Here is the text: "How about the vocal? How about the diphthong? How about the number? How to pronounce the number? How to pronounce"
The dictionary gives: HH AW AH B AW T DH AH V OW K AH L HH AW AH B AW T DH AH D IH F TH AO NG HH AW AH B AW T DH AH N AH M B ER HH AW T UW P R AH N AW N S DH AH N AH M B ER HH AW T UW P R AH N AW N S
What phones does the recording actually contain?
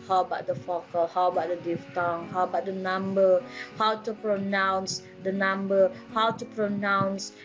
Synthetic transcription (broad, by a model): HH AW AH B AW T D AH F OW K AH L HH AW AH B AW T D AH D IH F T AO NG HH AW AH B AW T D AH N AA M B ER HH AW T UW P R AH N AW N S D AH N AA M B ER HH AW T UW P R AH N AW N S